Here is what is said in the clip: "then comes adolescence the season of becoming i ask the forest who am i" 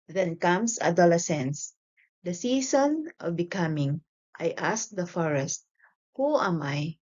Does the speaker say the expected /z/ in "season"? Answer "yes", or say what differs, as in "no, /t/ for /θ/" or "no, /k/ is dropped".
no, /s/ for /z/